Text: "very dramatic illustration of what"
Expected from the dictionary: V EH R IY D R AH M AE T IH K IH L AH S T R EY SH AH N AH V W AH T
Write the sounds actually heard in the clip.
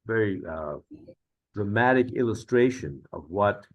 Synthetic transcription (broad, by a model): V EH R IY D R AH M AE T IH K IH L AH S T R EY SH AH N AH V W AH T